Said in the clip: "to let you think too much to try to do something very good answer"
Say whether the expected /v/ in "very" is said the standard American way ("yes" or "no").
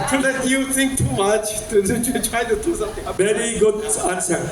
no